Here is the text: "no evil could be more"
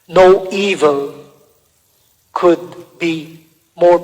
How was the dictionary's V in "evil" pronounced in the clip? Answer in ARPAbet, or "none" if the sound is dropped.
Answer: V